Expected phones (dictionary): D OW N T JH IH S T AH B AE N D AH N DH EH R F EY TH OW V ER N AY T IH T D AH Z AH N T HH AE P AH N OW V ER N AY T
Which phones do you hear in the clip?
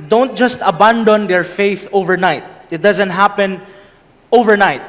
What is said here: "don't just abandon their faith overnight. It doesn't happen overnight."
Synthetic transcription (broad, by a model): D OW N T JH IH S T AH B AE N D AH N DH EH R F EY TH OW V ER N AY T IH T D AH Z AH N T HH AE P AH N OW V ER N AY T